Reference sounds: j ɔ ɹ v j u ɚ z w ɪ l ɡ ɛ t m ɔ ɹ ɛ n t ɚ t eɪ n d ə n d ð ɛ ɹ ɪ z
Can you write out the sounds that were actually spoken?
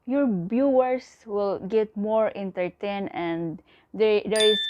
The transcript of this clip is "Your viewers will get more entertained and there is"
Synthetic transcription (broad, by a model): j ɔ ɹ b j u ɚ s w ɪ l ɡ ɛ t m ɔ ɹ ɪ n t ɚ t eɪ n ə n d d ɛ ɹ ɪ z